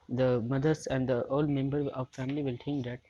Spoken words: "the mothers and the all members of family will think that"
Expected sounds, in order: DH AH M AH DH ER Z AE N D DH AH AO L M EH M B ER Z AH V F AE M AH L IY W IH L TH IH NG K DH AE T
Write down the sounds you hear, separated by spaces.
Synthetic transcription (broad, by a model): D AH M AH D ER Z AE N D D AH AO L M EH M B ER AH V F AE M AH L IY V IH L T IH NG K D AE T